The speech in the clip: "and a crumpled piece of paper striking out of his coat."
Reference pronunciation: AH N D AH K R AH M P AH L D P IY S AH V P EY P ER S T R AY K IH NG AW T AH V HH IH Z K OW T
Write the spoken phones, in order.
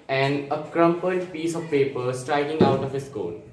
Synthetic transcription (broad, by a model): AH N D AH K R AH M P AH D P IY S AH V P EY P ER S T R AY K IH NG AW T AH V HH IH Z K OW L